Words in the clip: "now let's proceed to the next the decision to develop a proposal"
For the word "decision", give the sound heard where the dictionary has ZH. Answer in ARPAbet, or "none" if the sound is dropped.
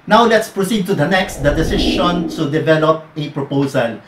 SH